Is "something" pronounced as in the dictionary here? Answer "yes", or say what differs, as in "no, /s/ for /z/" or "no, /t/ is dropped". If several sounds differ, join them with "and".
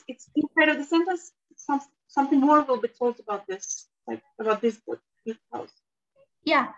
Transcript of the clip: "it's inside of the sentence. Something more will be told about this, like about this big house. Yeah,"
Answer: yes